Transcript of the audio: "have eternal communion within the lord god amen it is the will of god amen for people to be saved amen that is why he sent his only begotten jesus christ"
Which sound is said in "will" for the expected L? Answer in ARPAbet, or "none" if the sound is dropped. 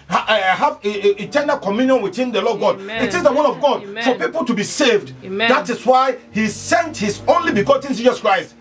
N